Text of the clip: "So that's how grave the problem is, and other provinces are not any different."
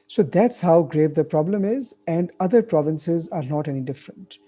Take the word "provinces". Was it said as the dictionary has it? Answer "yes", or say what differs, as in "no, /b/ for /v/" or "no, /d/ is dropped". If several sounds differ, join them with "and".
yes